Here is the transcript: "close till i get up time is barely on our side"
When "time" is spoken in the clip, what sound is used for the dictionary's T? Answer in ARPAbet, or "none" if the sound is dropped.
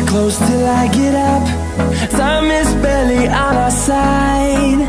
S